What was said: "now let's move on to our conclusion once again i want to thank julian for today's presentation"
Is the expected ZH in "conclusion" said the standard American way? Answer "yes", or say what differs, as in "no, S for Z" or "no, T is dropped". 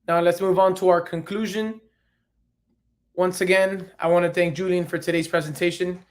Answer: yes